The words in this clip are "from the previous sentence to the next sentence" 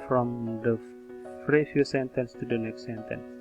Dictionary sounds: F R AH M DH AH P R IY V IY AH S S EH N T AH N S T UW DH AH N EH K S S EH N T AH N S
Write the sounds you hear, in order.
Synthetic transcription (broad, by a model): F R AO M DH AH F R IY F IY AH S S EH N T AH N S T UW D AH N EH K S S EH N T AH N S